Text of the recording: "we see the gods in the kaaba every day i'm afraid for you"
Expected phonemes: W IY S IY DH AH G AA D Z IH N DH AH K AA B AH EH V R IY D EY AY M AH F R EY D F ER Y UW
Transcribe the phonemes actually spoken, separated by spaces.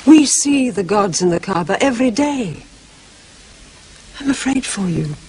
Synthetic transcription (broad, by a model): W IY S IY DH AH G AA D Z IH N DH AH K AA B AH EH V R IY D EY AY M AH F R EY D F ER Y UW